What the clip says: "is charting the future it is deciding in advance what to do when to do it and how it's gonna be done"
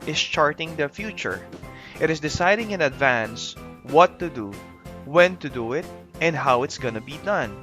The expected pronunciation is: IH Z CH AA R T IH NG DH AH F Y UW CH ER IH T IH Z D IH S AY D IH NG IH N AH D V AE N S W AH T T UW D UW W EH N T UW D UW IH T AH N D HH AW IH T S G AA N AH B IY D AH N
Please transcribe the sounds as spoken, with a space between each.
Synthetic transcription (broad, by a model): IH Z CH AA R T IH NG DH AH F Y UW CH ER IH T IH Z D IH S AY D IH NG IH N AH D V AE N S W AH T T UW D UW W EH N T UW D UW IH T AH N D HH AW IH T S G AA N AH B IY D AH N